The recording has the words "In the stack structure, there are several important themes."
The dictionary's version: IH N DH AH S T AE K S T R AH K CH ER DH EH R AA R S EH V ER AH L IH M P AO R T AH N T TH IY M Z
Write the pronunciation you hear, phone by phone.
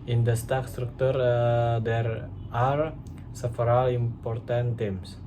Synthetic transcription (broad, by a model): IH N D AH S T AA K S T R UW K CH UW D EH R AA R S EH F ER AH L IH M P AO R T AH N T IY M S